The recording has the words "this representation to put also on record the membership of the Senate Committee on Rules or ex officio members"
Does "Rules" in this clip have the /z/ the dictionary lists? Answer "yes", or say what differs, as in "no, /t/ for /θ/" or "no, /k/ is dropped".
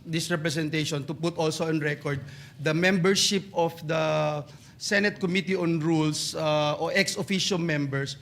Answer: no, /s/ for /z/